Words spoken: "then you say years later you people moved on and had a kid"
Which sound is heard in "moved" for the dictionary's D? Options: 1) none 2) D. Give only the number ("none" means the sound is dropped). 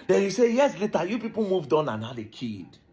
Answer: 2